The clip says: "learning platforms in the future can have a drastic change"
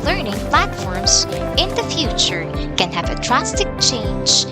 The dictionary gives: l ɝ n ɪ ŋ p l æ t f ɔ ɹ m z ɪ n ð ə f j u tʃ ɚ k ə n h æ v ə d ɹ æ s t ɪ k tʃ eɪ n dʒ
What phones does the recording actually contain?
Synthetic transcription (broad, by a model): l ɝ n ɪ ŋ p l æ t f ɔ ɹ m z ɪ n ð ə f j u tʃ ɚ k ə n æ v ə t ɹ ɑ s t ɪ k tʃ eɪ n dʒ